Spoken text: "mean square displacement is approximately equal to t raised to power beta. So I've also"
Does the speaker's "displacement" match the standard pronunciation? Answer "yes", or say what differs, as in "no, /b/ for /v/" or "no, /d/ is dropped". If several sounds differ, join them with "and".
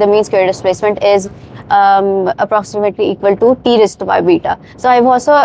yes